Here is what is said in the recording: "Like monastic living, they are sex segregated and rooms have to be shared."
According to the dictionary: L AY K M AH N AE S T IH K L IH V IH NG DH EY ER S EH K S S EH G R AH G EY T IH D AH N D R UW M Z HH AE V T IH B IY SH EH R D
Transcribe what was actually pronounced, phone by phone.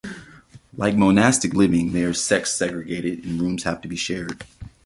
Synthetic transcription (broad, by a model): L AY K M AH N AE S T IH K L IH V IH NG DH EY ER S EH K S S EH G R AH G EY T IH D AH N R UW M Z HH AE F T IH B IY SH EH R D